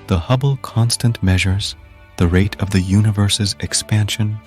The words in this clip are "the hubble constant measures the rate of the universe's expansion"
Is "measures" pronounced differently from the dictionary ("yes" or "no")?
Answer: no